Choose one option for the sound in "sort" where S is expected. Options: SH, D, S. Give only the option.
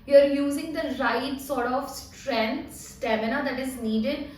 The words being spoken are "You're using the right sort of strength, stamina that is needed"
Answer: S